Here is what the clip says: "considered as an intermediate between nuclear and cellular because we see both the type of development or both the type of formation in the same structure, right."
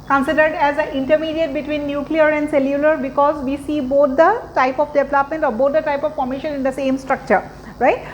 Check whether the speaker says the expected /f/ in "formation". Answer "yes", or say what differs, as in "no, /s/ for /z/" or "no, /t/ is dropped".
no, /p/ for /f/